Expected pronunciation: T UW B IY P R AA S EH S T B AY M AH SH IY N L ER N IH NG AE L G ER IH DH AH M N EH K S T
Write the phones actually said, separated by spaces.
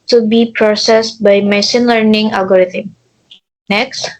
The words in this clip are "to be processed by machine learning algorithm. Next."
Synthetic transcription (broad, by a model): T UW B IY P R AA S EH S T B AY M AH S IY N L ER N IH NG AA L G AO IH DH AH M N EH K S T